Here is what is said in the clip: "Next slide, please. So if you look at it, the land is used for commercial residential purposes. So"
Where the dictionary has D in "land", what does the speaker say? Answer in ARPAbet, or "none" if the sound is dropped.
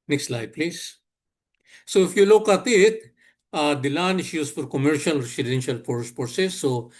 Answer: none